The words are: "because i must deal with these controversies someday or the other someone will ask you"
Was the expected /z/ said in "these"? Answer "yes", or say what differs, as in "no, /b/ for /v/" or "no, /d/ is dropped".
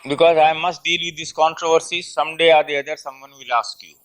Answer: no, /s/ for /z/